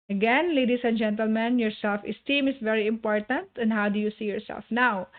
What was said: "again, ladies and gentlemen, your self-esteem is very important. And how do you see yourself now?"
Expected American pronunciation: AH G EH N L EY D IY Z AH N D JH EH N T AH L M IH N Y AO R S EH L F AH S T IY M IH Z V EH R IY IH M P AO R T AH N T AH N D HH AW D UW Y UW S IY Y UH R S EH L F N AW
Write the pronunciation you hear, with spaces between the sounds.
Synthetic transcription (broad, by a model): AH G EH N L EY D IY S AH N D JH EH N T AH L M IH N Y AO R S EH L F AH S T IY M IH S V EH R IY IH M P AO R T AH N T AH N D HH AW D UW Y UW S IY Y UH R S EH L F N AW